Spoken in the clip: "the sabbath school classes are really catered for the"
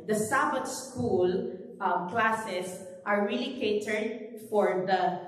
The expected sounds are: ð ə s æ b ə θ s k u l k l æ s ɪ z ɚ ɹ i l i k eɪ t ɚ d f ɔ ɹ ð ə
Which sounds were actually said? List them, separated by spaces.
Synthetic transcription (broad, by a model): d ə s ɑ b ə t s k u l k l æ s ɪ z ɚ ɹ i l i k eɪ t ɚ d f ɔ ɹ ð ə